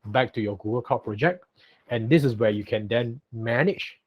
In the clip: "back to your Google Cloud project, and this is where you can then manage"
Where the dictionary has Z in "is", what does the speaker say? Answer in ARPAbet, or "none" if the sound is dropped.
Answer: S